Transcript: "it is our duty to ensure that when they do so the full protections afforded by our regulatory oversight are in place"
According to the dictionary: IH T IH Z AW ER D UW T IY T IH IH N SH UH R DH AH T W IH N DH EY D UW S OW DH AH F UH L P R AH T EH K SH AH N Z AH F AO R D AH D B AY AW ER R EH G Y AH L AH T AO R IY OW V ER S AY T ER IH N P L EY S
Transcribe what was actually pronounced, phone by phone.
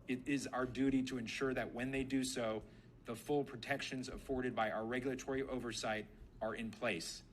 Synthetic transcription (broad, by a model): IH T IH Z AW ER D UW T IY T IH IH N SH UH R DH AH T W IH N DH EY D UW S OW DH AH F UH L P R AH T EH K SH AH N Z AH F AO R D AH D B AY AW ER R EH G Y L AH T AO R IY OW V ER S AY T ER IH N P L EY S